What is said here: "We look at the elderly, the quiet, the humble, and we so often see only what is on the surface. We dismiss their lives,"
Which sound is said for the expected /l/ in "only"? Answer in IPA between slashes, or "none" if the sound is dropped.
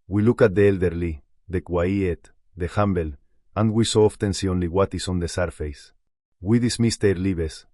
/l/